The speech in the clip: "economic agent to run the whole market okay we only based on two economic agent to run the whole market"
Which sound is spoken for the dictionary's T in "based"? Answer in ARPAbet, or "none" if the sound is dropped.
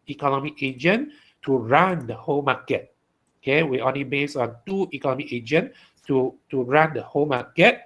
none